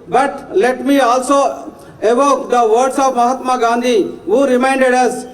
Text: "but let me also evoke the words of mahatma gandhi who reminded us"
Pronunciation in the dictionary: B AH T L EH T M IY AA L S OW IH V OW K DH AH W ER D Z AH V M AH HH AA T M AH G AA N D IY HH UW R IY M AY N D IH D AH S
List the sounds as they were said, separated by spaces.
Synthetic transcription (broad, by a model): B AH T L EH T M IY AA L S OW IH V OW K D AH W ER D S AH P M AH HH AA T M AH G AA N D IY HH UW R IY M AY N D IH D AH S